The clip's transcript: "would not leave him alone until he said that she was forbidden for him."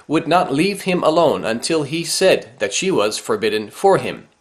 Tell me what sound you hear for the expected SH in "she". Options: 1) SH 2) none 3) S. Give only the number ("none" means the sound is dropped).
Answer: 1